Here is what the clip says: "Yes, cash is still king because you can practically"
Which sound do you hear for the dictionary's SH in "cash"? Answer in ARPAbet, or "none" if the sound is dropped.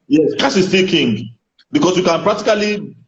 S